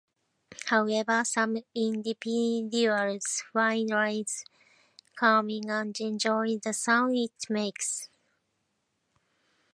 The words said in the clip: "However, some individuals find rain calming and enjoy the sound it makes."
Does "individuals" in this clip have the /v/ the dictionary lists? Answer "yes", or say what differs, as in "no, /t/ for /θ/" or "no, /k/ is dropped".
no, /p/ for /v/